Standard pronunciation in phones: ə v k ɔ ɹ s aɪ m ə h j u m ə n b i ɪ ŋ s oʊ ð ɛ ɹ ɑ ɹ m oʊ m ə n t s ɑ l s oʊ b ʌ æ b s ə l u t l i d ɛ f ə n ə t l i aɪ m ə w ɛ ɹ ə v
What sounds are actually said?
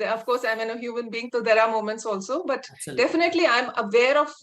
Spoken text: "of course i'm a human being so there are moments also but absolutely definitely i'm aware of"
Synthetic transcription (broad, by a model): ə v k ɔ ɹ s aɪ m ə h j u m ə n b i ɪ ŋ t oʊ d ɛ ɹ ɑ ɹ m oʊ m ə n t s ɑ l s oʊ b b ə t d ɛ f ə n ə t l i aɪ m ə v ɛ ɹ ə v